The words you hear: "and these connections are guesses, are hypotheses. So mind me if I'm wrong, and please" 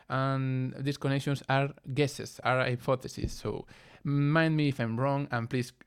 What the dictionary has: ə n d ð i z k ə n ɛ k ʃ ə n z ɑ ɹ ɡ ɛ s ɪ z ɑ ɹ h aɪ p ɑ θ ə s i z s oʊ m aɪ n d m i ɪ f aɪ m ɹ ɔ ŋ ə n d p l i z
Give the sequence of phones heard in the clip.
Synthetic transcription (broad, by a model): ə n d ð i s k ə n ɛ k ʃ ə n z ɑ ɹ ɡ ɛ s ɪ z ɑ ɹ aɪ p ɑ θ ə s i s oʊ m aɪ n d m i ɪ f aɪ m ɹ ɔ ŋ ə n p l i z